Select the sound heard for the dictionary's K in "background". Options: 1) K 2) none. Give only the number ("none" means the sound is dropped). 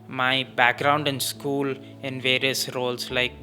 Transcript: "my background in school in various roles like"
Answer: 1